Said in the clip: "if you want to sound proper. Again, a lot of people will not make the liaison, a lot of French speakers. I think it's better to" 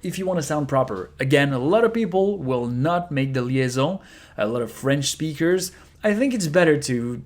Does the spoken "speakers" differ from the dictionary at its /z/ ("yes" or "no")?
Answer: no